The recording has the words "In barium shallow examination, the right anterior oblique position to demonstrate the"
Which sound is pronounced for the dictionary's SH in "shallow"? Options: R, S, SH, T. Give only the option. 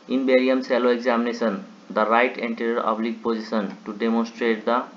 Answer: S